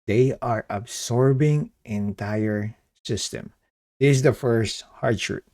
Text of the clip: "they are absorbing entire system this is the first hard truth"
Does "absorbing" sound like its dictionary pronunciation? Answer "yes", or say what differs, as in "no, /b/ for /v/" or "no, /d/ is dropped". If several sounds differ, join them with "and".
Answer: no, /s/ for /z/